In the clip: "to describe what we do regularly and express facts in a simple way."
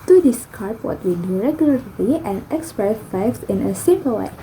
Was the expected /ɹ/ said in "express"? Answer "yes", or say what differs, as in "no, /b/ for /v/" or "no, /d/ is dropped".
yes